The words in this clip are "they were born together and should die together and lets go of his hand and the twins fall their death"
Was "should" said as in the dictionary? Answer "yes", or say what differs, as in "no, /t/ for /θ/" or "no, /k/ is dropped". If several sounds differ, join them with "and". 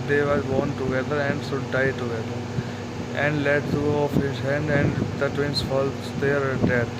no, /s/ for /ʃ/